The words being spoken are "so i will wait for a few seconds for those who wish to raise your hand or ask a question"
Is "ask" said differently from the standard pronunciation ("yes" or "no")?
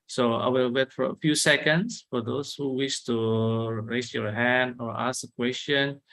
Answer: yes